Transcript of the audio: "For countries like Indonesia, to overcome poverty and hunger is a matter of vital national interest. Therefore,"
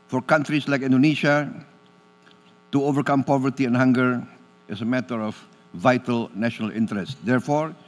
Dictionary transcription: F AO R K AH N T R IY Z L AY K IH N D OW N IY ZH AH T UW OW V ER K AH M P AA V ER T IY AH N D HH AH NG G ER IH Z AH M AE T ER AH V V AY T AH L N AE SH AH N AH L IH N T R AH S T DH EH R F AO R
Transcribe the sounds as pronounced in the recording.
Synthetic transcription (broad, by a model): F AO R K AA N T R IY S L AY K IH N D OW N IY SH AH T UW OW V ER K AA M P AA V ER T IY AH N HH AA NG G ER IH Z AH M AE T ER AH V V AY T AH L N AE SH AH N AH L IH N T R AH S T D EH R F AO R